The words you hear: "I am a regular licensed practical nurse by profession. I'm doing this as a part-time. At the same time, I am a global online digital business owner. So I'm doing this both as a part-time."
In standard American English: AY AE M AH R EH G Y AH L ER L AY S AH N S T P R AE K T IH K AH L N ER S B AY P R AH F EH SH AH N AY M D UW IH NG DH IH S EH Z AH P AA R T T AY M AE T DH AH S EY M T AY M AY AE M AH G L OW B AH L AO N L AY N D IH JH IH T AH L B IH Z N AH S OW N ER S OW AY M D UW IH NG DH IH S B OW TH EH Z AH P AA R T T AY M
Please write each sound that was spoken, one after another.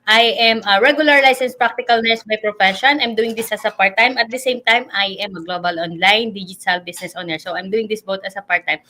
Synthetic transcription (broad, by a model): AY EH M AH R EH G Y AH L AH L AY S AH N S P R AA K T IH K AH L N ER S B AY P R AH F EH SH AH N AY M D UW IH NG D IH S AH S AH P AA R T T AY M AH T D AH S EY M T AY M AY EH M AH G L OW B AH L AO N L AY N D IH JH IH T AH L B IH S N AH S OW N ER S OW AY M D UW IH NG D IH S B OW T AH S AH P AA R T T AY M